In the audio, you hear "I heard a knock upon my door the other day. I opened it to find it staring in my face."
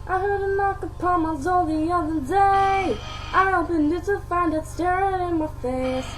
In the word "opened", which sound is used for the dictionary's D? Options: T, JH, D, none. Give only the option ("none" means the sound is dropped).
none